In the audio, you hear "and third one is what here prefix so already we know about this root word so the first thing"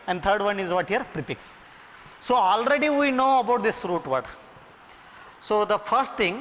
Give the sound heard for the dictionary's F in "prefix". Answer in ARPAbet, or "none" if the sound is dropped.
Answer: P